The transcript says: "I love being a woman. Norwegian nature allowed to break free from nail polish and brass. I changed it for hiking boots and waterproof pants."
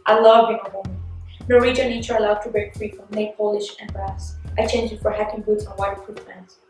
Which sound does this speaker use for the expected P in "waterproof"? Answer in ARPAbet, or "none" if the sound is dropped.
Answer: F